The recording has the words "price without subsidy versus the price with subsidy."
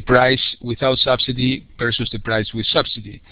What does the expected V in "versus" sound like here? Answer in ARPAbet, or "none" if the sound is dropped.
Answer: P